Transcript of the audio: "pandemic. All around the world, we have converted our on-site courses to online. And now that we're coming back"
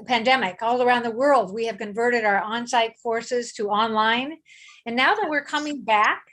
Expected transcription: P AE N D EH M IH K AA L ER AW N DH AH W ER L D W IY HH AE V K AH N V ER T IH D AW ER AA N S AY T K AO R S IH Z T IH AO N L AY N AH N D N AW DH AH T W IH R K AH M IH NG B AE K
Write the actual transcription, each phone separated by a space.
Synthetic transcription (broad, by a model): P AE N D EH M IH K AA L ER AW N DH AH W ER L D W IY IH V K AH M V ER T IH D AW ER AA N S AY T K AO R S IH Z T IH AO N L AY N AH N N AW DH AH T W IH R K AH M IH NG B AE K